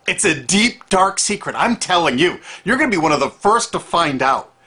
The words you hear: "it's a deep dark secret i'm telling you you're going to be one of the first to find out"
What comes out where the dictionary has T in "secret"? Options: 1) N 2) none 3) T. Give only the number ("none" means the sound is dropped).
3